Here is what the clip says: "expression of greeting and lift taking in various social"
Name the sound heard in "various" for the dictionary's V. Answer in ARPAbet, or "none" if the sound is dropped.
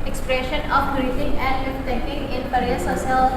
P